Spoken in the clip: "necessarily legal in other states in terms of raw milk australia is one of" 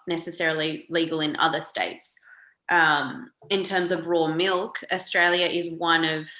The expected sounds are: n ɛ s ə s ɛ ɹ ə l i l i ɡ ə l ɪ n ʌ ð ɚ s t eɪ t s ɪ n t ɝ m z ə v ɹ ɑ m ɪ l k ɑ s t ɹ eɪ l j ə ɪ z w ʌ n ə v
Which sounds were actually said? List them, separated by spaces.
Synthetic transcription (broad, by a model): n ɛ s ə s ɛ ɹ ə l i l i ɡ l ɪ n ʌ ð ɚ s t eɪ t s ɪ n t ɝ m z ə v ɹ ɑ m ɪ l k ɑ s t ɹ eɪ l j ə ɪ z w ʌ n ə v